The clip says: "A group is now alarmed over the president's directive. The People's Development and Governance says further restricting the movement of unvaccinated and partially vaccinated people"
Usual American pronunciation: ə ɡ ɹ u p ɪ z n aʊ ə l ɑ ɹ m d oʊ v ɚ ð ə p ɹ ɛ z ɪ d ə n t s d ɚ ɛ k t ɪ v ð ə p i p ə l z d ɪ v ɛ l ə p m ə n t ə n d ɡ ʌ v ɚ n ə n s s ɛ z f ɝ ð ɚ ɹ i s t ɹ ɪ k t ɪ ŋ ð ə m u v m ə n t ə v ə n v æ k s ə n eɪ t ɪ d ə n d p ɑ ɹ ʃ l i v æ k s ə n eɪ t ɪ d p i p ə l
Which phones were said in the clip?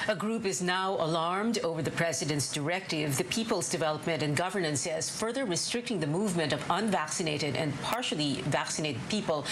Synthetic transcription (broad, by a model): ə ɡ ɹ u p ɪ z n aʊ ə l ɑ ɹ m d oʊ v ɚ ð ə p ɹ ɛ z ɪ d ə n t s d ɚ ɛ k t ɪ v ð ə p i p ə l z d ɪ v ɛ l ə p m ə n t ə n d ɡ ʌ v ɚ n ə n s s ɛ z f ɝ ð ɚ ɹ i s t ɹ ɪ k t ɪ ŋ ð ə m u v m ə n t ə v ə n v æ k s ə n eɪ t ɪ d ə n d p ɑ ɹ ʃ l i v æ k s ə n eɪ t ɪ d p i p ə l